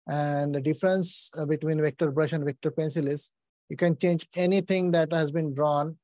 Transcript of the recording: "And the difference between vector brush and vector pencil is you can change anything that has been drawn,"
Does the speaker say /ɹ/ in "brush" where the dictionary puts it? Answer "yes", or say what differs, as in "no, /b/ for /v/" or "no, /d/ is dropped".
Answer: yes